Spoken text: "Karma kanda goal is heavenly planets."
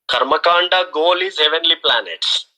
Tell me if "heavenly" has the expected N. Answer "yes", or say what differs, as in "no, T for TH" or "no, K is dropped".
yes